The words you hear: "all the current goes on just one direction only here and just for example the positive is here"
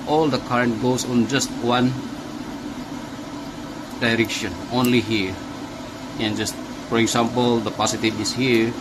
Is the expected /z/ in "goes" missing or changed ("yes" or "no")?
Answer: yes